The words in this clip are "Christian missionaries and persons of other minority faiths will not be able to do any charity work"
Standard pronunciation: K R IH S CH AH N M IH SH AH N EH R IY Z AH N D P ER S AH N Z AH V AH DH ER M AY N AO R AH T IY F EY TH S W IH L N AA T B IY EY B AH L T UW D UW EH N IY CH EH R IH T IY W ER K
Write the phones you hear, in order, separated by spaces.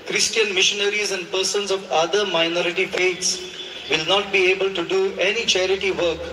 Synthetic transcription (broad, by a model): K R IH S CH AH N M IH SH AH N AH R IY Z AH N D P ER S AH N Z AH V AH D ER M AY N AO R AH T IY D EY T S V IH L N AA T B IY EY B AH L T UW D UW EH N IY CH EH R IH T IY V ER K